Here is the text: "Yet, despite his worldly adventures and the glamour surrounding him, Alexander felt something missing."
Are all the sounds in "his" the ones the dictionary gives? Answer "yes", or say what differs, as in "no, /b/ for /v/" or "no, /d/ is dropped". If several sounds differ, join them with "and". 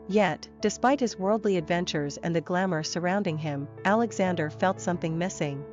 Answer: yes